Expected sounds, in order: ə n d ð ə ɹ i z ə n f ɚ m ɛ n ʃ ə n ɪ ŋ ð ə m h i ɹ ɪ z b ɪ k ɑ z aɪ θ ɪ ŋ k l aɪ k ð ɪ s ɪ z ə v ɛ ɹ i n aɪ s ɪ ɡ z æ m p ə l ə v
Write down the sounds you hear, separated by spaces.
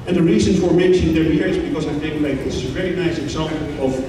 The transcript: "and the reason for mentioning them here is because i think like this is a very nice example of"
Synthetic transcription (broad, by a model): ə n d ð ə ɹ i z ə n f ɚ m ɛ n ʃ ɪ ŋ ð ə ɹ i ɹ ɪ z b ɪ k ɑ z aɪ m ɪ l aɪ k ð ɪ s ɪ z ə v ɛ ɹ i n aɪ s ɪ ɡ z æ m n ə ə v